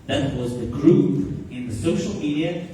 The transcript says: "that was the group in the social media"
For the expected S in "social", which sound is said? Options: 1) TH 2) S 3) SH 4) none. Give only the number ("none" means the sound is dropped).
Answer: 2